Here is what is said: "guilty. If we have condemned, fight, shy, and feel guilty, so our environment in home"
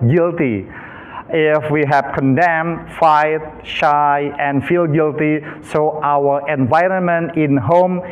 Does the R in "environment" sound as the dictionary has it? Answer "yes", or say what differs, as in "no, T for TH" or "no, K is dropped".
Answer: yes